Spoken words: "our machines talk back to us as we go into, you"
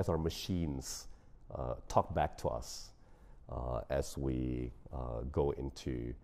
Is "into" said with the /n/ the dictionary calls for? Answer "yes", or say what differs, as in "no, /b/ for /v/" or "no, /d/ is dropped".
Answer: no, /n/ is dropped